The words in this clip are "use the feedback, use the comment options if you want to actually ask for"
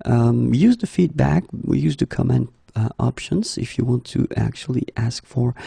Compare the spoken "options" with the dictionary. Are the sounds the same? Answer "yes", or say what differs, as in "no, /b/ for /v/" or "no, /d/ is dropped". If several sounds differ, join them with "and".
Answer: yes